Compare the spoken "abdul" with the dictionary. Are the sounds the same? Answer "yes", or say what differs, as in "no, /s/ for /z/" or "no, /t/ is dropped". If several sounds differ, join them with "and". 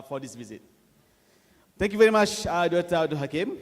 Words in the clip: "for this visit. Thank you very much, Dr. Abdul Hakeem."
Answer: no, /b/ is dropped